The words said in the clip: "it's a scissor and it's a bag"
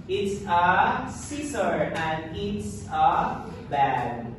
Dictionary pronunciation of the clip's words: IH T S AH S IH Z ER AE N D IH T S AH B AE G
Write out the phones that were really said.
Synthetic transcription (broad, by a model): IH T S AH S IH S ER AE N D IH T S AH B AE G